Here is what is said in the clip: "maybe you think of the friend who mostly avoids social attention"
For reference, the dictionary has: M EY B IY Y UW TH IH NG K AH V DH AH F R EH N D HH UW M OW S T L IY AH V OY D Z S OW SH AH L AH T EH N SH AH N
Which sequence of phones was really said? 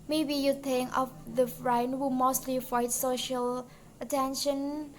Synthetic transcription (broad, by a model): M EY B IY Y UW T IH NG K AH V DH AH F R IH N HH UW M OW S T L IY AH IH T S OW SH AH L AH T EH N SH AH N